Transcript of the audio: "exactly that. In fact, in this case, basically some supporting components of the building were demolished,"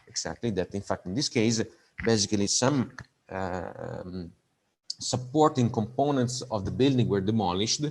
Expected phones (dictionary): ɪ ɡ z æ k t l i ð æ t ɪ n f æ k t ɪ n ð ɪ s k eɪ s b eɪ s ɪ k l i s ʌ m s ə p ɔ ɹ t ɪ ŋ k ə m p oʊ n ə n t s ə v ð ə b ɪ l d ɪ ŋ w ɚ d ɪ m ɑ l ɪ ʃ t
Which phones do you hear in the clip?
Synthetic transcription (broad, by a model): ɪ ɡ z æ k t l i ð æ t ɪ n f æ k t ɪ n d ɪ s k eɪ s b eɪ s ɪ k l i s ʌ m s ə p ɔ ɹ t ɪ ŋ k ə m p oʊ n ə n t s ə v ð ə b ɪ l d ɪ ŋ w ɚ d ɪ m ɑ l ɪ ʃ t